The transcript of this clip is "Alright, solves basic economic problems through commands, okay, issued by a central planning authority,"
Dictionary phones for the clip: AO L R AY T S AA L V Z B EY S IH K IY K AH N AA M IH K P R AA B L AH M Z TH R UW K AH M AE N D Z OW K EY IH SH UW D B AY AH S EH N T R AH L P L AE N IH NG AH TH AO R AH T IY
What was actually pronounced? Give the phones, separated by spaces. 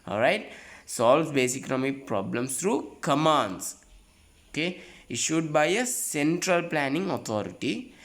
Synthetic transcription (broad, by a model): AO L R AY T S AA L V B EY S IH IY K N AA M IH P R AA B L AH M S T R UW K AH M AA N D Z OW K EY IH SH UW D B AY AH S EH N T R AH L P L AE N IH NG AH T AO R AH T IY